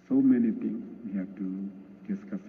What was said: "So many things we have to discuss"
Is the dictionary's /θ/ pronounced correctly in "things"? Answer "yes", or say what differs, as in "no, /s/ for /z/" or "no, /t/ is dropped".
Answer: no, /t/ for /θ/